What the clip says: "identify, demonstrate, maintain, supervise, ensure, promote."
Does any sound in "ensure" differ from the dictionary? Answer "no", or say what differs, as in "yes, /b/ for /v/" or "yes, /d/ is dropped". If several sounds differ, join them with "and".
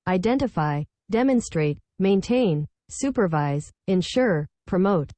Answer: no